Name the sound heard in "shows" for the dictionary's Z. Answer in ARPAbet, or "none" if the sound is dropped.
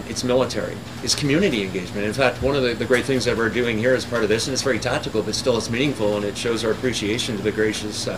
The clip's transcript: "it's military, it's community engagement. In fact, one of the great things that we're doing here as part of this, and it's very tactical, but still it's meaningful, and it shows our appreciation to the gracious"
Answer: Z